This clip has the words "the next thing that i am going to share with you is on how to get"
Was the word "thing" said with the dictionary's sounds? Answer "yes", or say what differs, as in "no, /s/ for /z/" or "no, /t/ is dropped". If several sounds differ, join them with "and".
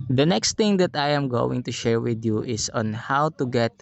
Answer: no, /t/ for /θ/